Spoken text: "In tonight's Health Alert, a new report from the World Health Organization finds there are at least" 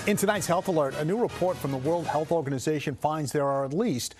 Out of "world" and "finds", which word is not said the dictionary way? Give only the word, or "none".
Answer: none